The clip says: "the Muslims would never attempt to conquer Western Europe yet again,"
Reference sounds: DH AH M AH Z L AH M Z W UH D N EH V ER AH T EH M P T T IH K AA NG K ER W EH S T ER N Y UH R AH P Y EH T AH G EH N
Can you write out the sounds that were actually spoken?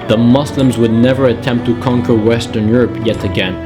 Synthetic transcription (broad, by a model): DH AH M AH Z L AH M Z W UH D N EH V ER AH T EH M P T T IH K AA NG K ER W EH S T ER N Y UH R AH P Y EH T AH G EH N